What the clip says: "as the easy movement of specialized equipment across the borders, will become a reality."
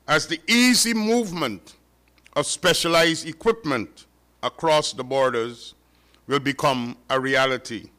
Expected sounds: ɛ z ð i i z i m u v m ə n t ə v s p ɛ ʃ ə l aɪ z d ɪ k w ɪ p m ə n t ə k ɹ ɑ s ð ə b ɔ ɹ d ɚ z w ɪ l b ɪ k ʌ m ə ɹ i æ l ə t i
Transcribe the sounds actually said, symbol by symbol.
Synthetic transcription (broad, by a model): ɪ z ð i i z i m u v m ə n t ə v s p ɛ ʃ ə l aɪ z d ɪ k w ɪ p m ə n t ə k ɹ ɑ s ð ə b ɔ ɹ d ɚ z w ɪ l b ɪ k ʌ m ə ɹ i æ l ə t i